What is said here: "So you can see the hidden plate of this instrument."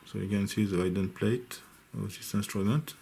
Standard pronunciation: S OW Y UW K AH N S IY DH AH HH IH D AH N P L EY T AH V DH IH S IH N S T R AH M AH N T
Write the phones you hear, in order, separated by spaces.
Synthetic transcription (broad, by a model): S OW Y UW K AH N S IY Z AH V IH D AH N P L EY AH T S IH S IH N S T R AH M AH N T